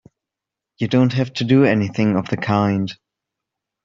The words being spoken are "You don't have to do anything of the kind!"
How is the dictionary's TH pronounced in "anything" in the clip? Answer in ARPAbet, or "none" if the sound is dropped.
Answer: TH